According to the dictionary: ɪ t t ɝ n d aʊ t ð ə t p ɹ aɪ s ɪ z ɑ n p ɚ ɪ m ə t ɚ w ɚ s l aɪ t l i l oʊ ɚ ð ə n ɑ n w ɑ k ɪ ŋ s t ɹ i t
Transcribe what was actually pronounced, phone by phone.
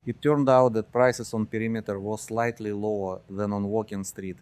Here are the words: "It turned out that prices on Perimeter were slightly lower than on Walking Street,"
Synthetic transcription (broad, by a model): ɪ t t ɝ n d aʊ t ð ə t p ɹ aɪ s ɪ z ɑ n p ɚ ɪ m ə t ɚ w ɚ s l aɪ t l i l oʊ ɚ ð ə n ɑ n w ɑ k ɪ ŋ s t ɹ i t